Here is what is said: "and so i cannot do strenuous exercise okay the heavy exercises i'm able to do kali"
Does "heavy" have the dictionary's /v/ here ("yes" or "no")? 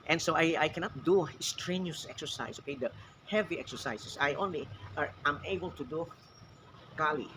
yes